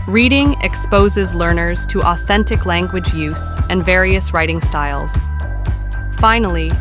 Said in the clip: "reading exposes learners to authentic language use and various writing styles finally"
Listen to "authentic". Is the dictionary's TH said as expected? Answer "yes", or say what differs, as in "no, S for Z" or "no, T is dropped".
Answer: yes